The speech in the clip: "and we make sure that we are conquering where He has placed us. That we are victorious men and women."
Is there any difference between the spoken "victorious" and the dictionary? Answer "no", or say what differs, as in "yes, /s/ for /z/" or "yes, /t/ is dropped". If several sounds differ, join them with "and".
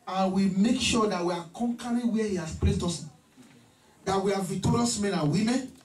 yes, /k/ is dropped